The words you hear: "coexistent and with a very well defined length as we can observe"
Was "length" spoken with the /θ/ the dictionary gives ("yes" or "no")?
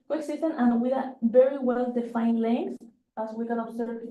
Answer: no